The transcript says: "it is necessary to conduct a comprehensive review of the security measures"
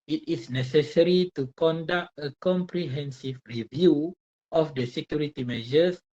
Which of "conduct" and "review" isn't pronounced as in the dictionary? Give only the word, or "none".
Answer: none